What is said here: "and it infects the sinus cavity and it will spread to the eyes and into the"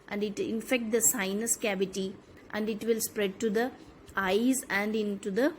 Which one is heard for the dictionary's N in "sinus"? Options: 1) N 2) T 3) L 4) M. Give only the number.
1